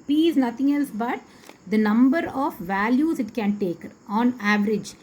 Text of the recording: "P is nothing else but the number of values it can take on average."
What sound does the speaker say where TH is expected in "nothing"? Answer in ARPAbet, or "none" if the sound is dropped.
T